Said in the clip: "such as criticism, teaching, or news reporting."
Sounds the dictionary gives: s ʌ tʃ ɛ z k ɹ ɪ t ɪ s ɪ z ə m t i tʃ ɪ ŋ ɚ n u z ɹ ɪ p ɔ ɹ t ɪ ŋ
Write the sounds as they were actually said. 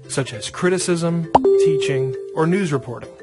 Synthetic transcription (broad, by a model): s ʌ tʃ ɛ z k ɹ ɪ t ɪ s ɪ z ə m t i tʃ ɪ ŋ ɚ n u z ɹ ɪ p ɔ ɹ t ɪ ŋ